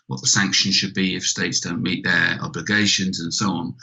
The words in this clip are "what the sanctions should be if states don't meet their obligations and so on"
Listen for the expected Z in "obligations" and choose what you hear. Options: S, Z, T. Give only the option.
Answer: Z